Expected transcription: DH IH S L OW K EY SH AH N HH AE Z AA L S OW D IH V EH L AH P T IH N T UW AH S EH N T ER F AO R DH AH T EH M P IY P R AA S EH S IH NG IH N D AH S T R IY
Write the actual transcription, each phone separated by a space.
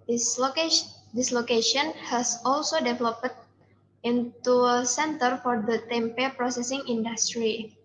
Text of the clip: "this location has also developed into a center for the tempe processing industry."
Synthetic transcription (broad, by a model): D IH S L OW K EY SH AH N HH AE S AA L S OW D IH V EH L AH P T IH N T UW AH S EH N T ER F AO R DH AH T EH M P IY P R AA S EH S IH NG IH N D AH S T R IY